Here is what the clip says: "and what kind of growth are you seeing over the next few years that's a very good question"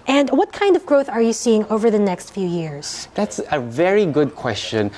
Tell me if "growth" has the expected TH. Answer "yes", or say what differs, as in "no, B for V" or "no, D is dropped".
yes